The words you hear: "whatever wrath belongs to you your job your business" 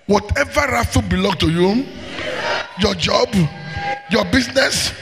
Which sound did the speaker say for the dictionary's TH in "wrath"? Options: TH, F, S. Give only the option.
F